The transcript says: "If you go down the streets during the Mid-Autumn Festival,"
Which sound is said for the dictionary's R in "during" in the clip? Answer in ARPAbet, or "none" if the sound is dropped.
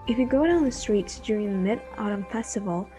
R